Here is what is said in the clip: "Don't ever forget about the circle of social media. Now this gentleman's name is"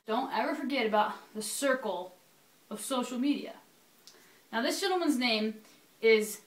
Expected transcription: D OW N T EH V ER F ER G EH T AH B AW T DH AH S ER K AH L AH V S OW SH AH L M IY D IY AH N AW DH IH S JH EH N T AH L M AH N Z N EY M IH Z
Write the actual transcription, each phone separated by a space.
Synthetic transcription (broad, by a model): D OW N T EH V ER F ER G EH T AH B AW T DH AH S ER K L AH V S OW SH L M IY D IY AH N AW DH IH S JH EH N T L M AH N Z N EY M IH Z